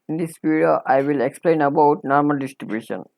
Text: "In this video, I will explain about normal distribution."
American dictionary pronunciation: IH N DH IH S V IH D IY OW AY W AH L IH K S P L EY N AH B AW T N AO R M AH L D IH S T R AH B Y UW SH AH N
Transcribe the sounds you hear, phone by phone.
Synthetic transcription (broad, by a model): N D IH S P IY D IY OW AY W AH L IH K S P L EY N AH B AW T N AO R M AH L D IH S T R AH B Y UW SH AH N